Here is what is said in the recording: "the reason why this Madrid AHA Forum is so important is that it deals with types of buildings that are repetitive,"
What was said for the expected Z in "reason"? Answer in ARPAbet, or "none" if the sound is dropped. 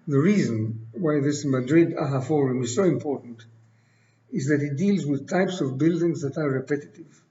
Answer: Z